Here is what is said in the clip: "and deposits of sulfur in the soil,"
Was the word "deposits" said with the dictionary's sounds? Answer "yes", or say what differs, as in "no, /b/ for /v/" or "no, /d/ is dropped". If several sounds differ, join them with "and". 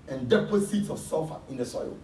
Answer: no, /s/ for /z/